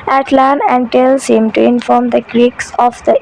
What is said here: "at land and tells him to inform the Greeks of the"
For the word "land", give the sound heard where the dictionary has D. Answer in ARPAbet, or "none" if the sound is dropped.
none